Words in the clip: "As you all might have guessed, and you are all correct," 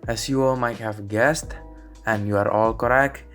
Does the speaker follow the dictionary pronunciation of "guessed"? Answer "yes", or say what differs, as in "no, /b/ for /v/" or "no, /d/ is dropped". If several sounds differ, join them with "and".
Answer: yes